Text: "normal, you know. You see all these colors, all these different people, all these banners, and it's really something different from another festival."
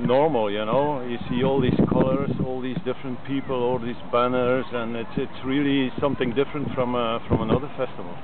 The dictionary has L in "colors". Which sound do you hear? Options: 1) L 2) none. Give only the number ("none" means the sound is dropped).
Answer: 1